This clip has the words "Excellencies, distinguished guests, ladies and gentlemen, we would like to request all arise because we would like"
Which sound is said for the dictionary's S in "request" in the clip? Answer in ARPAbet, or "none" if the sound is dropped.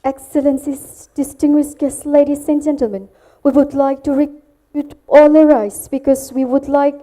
none